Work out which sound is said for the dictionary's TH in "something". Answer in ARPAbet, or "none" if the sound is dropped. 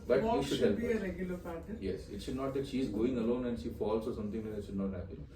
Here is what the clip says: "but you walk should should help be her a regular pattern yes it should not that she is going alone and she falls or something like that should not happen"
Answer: T